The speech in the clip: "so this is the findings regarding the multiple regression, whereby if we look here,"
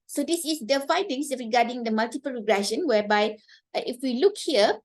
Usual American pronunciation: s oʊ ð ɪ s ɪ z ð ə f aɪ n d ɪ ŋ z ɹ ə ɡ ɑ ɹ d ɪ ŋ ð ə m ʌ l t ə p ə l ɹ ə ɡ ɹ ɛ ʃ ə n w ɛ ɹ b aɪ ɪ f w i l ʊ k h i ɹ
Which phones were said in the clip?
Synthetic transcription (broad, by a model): s oʊ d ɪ s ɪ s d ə f aɪ d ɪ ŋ s ɹ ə ɡ ɑ d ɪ ŋ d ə m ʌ l t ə p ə l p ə ɡ ɹ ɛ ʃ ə n w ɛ b aɪ ɪ f w i l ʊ k h i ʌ